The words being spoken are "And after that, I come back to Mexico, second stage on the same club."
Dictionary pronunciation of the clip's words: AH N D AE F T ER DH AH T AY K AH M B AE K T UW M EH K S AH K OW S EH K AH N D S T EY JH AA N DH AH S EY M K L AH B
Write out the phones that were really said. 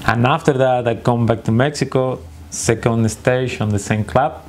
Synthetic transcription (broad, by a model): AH N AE F T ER DH AH T AY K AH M B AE K T UW M EH K S AH K OW S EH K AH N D S T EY SH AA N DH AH S EY M K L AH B